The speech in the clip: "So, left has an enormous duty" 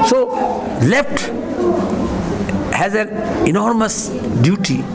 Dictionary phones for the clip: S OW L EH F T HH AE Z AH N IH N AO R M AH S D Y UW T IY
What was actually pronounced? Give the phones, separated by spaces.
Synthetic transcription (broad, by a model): S OW L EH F T HH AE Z AH N IH N AO R M AH S D Y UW T IY